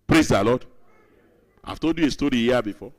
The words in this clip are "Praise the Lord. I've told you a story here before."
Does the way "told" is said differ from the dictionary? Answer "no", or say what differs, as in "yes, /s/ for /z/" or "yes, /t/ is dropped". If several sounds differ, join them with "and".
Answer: yes, /l/ is dropped